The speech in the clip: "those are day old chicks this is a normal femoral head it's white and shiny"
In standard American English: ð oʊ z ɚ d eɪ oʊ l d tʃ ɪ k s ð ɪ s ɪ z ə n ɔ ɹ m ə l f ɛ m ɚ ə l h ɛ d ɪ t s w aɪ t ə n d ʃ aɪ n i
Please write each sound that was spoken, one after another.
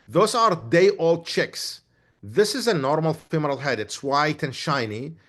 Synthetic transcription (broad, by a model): ð oʊ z ɚ d eɪ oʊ l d tʃ ɪ k s ð ɪ s ɪ z ə n ɔ ɹ m ə l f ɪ m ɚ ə l h ɛ d ɪ t s w aɪ t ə n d ʃ aɪ n i